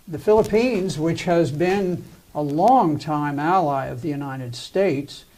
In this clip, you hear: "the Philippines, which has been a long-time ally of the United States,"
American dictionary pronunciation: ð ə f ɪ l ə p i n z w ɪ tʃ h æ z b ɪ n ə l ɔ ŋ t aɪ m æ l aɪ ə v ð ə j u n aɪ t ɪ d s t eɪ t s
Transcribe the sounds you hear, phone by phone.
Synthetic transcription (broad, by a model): ð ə f ɪ l ə p i n z w ɪ tʃ h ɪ z b ɪ n ə l ɔ ŋ t aɪ m æ l aɪ ə v ð ə j u n aɪ t ɪ d s t eɪ t s